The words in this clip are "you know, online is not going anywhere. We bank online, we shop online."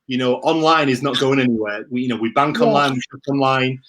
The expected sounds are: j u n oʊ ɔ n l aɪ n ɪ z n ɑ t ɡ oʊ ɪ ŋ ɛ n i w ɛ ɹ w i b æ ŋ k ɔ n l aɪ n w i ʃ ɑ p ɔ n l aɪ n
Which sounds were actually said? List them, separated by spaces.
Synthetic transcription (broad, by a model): j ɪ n oʊ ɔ n l aɪ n ɪ z n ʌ t ɡ oʊ ɪ ŋ ɛ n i w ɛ w w i b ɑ ŋ k ɔ n l aɪ n w i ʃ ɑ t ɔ n l aɪ n